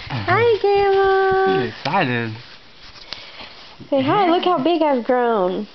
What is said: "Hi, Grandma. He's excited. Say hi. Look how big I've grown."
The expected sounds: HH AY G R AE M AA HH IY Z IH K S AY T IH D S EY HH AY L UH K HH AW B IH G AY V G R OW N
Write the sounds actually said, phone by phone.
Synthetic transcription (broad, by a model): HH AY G AE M IH K S AY T IH D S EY HH AY L UH K HH AW B IH G AY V G R OW N